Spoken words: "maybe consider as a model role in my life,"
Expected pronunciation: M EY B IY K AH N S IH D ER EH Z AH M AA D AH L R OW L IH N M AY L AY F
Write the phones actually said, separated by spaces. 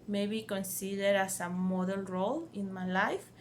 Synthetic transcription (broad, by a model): M EY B IY K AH N S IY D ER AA S AH M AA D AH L R OW L IH N M AY L AY F